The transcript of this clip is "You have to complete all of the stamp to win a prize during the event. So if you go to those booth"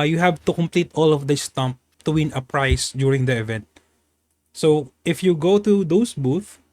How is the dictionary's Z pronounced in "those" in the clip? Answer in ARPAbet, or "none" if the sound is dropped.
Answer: S